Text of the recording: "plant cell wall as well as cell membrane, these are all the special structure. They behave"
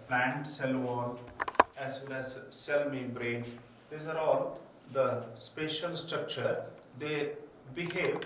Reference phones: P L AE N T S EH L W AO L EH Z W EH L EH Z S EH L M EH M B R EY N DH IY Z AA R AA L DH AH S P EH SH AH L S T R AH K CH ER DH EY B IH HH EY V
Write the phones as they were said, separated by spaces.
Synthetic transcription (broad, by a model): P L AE N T S EH L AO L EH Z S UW N EH Z S EH L M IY B R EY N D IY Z AA R AA L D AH S P EH SH AH L S T R AH K CH ER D EY B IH HH EY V